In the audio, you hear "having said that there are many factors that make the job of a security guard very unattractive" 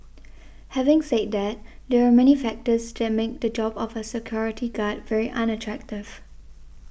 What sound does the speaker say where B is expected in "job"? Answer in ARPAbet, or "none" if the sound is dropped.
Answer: B